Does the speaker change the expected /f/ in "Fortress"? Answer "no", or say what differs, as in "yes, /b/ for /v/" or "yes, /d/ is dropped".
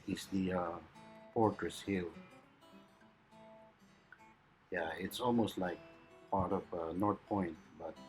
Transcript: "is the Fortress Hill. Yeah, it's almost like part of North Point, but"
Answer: yes, /p/ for /f/